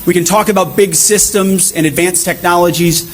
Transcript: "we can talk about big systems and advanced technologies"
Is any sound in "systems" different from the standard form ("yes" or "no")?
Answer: no